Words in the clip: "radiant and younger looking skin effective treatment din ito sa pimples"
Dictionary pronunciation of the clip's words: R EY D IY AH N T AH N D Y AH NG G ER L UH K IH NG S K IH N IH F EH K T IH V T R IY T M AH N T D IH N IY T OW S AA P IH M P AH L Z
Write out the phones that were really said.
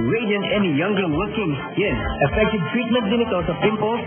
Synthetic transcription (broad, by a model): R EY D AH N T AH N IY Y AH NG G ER W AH K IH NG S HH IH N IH F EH K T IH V T R IY T M AH N T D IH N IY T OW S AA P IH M P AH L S